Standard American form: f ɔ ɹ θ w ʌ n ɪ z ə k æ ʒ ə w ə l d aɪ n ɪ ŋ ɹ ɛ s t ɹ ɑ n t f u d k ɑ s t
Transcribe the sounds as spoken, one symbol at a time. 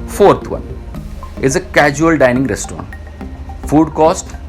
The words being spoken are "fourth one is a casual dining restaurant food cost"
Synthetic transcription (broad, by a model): f ɔ ɹ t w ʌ n ɪ z ə k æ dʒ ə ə l d aɪ n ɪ ŋ ɹ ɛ s t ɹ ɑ t f u d k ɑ s t